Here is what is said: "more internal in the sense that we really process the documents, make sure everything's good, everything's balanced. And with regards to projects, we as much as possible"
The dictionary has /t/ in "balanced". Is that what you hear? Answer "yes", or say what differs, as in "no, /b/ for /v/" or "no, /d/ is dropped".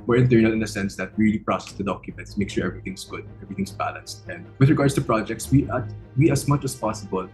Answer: yes